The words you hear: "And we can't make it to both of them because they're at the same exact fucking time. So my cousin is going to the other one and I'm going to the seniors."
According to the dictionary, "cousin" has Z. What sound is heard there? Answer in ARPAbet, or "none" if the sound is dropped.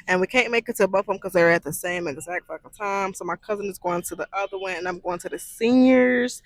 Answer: Z